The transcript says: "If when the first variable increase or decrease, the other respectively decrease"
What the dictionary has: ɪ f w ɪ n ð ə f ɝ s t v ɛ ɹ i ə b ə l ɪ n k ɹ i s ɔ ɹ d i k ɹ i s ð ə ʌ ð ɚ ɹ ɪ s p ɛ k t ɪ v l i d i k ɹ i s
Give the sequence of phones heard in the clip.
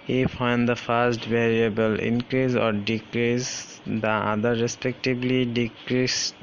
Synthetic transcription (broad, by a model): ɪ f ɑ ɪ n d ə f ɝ s t v ɛ ɹ i ə b ə l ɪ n k ɹ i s ɔ ɹ d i k ɹ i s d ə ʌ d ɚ ɹ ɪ s p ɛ k t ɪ b l i d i k ɹ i s